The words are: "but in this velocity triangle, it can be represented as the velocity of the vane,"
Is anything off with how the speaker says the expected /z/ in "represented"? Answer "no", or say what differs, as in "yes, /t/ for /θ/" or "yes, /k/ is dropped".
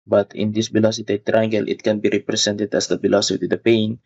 yes, /s/ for /z/